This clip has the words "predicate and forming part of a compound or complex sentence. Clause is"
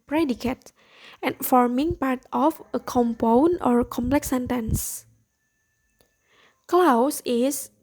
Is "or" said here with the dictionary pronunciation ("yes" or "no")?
yes